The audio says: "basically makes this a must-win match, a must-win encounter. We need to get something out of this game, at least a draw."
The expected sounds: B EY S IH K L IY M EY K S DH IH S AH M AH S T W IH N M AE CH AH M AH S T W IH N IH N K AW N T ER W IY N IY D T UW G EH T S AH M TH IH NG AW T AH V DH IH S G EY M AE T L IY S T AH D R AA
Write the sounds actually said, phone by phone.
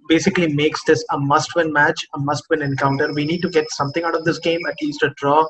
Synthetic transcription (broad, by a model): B EY S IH K L IY M EY K S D IH S AH M AH S T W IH N M AE CH AH M AH S T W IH N IH N K AW N T ER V IY N IY D T UW G EH T S AH M T IH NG AW T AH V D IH S G EY M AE T L IY S T AH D R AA